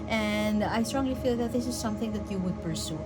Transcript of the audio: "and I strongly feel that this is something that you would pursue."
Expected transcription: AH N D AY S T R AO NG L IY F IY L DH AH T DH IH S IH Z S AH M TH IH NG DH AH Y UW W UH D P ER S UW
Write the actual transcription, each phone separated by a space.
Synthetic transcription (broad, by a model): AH N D AY S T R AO NG L IY F IY L DH AH T DH IH S IH Z S AH M TH IH NG DH AH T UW W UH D P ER S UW